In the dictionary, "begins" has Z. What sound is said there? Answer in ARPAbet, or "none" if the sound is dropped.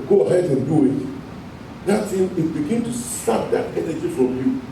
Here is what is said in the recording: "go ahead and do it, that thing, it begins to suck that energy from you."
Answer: none